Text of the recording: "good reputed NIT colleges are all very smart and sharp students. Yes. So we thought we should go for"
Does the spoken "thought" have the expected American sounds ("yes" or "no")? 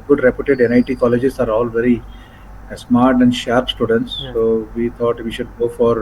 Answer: no